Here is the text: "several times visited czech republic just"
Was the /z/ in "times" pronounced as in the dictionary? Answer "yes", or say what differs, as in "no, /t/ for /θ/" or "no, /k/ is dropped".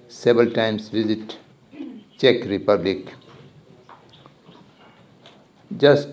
no, /s/ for /z/